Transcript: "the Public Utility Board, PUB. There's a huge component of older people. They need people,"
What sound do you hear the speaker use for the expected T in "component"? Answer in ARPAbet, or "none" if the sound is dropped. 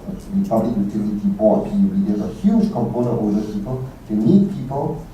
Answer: none